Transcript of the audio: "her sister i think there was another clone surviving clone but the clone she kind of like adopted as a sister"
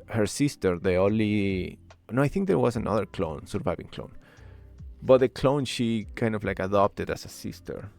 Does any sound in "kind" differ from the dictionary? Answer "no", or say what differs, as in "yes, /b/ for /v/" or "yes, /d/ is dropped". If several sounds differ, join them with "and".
no